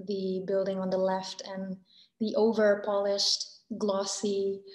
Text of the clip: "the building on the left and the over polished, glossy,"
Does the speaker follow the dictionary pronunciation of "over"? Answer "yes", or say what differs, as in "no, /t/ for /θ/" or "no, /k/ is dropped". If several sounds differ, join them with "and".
yes